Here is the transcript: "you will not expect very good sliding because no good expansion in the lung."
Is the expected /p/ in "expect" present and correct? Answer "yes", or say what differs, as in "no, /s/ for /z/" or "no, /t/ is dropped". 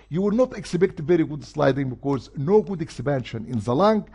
no, /b/ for /p/